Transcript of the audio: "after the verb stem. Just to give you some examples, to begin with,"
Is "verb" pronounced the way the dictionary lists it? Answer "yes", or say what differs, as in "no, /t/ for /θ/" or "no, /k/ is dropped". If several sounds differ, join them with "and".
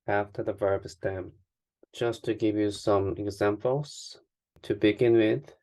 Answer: yes